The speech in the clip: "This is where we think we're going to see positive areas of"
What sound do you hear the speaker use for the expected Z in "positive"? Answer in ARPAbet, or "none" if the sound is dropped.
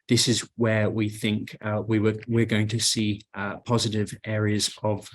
Z